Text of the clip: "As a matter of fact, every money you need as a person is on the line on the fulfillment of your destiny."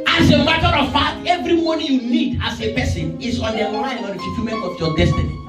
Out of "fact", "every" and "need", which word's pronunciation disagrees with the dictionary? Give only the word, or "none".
fact